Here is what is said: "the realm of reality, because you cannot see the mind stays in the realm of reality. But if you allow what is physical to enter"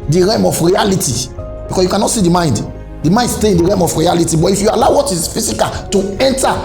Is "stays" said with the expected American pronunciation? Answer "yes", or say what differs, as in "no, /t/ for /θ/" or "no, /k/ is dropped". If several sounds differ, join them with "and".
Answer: no, /z/ is dropped